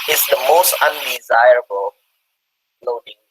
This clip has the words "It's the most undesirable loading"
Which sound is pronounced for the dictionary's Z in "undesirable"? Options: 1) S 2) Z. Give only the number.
2